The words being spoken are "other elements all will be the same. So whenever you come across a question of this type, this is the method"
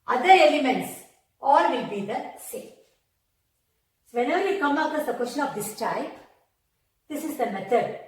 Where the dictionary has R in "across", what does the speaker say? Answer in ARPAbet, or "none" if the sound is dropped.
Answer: none